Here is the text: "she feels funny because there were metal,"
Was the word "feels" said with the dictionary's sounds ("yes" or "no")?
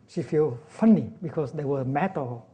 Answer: no